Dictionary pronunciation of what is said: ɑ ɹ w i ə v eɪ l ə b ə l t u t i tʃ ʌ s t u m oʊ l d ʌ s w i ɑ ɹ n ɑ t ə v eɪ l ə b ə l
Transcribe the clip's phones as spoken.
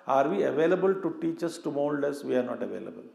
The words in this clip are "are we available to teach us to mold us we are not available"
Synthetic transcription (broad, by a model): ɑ ɹ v i ə v eɪ l ə b ə l t u t i tʃ ʌ s t u m oʊ l d ʌ s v i ɑ ɹ n ɑ t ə v eɪ l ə b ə l